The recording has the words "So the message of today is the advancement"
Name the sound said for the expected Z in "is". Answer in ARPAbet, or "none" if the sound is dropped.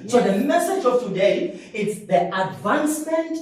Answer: S